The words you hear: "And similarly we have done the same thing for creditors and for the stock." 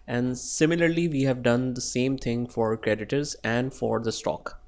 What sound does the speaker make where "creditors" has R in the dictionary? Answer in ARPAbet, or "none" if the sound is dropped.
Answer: R